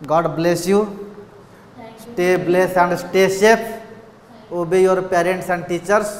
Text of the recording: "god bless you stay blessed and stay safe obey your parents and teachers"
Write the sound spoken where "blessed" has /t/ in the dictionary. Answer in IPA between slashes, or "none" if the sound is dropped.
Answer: none